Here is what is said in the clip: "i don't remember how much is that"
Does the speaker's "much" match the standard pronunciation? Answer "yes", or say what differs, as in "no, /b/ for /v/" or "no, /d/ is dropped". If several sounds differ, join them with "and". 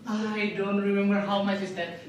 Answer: no, /s/ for /tʃ/